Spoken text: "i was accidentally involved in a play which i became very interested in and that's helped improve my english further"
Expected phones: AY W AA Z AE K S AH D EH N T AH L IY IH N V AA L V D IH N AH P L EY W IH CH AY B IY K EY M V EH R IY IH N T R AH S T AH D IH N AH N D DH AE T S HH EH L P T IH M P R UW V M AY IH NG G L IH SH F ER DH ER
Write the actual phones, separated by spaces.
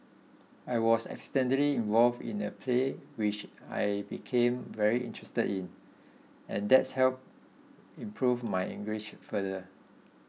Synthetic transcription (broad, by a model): AY W AA S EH K S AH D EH N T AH L IY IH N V AA L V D IH N AH P L EY W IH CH AY B IY K EY M V EH R IY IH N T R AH S T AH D IH N AH N D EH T S HH EH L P IH M P R UW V M AY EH NG G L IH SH F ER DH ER